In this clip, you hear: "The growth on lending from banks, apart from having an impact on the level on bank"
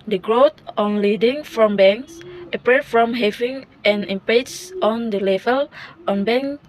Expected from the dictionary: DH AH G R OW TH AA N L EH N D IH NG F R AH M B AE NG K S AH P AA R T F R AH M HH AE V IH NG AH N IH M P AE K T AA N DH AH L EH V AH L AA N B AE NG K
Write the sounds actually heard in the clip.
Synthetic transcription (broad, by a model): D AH G R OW T AA N L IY D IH NG F R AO M B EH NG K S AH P R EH F R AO M HH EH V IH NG AH N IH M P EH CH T AA N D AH L EH V AH L AA N B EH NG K